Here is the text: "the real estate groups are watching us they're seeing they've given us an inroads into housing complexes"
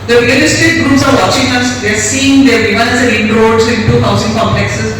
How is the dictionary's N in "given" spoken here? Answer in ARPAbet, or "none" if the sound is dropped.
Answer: none